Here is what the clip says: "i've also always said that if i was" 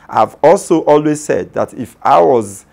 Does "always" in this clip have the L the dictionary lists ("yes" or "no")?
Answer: yes